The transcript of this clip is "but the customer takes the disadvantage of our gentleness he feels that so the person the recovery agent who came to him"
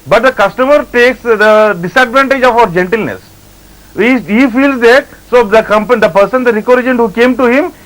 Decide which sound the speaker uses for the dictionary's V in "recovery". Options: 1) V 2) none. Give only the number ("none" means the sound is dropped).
2